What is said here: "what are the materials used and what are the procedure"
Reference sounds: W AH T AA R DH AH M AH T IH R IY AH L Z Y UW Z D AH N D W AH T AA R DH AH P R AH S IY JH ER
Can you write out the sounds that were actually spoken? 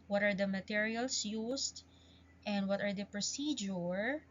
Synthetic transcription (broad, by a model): W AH T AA R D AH M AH T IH R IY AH L S Y UW S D AH N D W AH T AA R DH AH P R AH S IY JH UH